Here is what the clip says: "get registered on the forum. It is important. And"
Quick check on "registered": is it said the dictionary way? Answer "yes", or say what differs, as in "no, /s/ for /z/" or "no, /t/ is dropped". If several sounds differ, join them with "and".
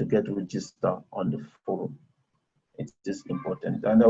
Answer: no, /d/ is dropped